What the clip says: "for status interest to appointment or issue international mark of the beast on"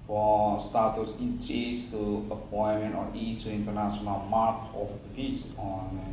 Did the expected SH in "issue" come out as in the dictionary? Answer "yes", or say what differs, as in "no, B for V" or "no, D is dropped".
no, S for SH